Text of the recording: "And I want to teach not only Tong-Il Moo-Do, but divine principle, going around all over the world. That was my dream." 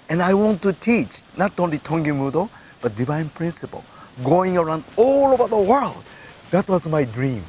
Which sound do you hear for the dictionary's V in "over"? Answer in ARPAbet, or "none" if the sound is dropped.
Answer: B